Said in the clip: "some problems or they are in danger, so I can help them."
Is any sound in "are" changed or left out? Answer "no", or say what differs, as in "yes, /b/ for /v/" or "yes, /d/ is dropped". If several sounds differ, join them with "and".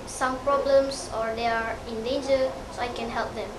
no